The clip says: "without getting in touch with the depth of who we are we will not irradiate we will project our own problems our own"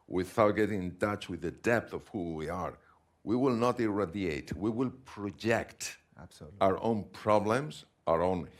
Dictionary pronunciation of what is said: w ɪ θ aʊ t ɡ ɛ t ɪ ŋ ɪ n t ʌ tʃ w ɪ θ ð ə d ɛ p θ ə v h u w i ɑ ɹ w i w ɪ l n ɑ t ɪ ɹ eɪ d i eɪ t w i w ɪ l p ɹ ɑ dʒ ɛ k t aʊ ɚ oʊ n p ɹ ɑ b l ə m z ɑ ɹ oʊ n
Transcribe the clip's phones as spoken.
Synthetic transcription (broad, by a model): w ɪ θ aʊ t ɡ ɛ t ɪ ŋ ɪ n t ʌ tʃ w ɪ ð ə d ɛ p θ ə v h u w i ɑ ɹ w i w ɪ l n ɑ t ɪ ɹ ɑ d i eɪ t w i w ɪ l p ɹ ɑ dʒ ɛ k t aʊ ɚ oʊ n p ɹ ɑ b l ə m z ɑ ɹ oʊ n